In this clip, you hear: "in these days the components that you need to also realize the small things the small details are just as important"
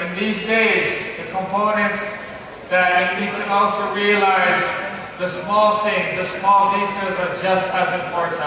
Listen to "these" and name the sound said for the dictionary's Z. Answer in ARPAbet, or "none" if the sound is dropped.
Z